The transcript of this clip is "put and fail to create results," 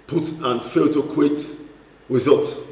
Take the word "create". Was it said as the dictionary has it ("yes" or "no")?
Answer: no